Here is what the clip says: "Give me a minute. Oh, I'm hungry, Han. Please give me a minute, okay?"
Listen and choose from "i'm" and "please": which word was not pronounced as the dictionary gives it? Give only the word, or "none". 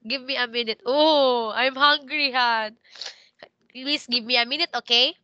please